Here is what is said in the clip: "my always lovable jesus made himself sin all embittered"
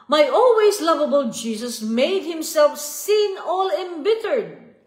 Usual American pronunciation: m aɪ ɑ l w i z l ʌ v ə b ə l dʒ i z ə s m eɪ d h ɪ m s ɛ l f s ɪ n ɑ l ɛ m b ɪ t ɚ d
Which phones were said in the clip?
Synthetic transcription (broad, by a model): m aɪ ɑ l w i s l ʌ v ə b ə l dʒ i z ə s m eɪ d h ɪ m s ɛ l f s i n ɑ l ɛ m b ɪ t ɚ d